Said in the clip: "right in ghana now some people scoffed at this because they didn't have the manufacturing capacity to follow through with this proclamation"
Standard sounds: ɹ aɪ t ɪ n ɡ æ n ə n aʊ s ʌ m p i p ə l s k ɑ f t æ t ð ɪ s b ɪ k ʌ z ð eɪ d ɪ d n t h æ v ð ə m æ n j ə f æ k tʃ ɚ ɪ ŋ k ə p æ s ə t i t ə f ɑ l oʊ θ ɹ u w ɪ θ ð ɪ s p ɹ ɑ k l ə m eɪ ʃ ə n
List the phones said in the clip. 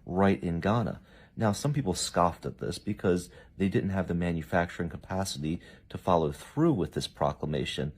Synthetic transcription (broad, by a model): ɹ aɪ t ɪ n ɡ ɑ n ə n aʊ s ʌ m p i p l s k ɑ f t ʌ t ð ɪ s b ɪ k ʌ z ð eɪ d ɪ d n t h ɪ v ð ə m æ n j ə f æ k tʃ ɚ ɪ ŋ k ə p æ s ə t i t ə f ɑ l oʊ θ ɹ u w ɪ ð ɪ s p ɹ ɑ k l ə m eɪ ʃ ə n